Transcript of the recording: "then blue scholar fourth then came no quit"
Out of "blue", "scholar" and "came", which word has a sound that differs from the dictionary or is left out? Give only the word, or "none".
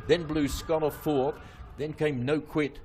scholar